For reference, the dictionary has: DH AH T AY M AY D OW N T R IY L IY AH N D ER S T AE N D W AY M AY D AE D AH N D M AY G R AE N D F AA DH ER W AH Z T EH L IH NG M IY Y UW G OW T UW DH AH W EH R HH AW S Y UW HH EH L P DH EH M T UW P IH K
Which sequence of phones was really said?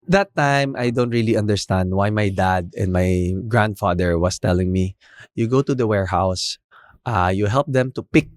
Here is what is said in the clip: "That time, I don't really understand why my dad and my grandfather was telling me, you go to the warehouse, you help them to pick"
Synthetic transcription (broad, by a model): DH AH T AY M AY D OW N T R IY L IY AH N D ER S T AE N D W AY M AY D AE D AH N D M AY G R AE N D F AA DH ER W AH S T EH L IH NG M IY Y UW G OW T UW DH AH W EH R HH AW S Y UW HH EH L P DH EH M T UW P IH K